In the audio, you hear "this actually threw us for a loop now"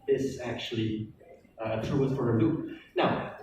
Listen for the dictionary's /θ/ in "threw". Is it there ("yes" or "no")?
no